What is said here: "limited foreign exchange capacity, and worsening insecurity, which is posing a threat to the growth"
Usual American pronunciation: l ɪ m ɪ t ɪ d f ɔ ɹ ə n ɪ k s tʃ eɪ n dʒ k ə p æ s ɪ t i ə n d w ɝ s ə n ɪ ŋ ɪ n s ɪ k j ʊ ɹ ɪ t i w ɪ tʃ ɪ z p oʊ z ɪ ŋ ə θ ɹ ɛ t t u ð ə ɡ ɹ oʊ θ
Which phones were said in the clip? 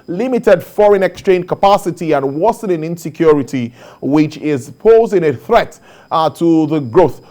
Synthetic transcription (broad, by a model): l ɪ m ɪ t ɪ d f ɔ ɹ ə n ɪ k s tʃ eɪ n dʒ k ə p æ s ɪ t i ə n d w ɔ s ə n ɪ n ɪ n s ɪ k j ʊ ɹ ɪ t i w ɪ tʃ ɪ z p oʊ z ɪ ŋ ə θ ɹ ɛ t t u ð ə ɡ ɹ oʊ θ